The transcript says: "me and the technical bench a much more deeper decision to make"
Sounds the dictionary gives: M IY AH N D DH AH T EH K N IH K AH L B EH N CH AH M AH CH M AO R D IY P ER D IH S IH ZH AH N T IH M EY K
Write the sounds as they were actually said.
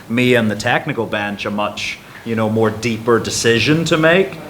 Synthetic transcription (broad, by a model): M IY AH N DH AH T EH K N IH K L B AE N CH AH M AH CH M AO R D IY P ER D IH S IH ZH AH N T IH M EY K